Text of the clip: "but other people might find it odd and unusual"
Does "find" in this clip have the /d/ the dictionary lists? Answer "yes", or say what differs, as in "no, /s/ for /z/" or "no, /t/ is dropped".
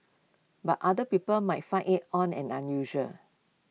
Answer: no, /d/ is dropped